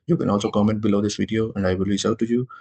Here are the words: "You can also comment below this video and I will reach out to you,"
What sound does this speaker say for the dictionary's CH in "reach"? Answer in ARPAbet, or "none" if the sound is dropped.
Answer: S